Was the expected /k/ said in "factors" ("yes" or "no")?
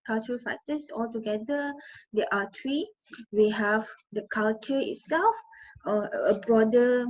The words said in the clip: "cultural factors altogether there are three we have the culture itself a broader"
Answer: no